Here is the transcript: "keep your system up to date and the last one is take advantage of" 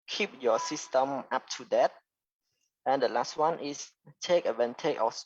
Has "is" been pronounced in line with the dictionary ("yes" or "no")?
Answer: no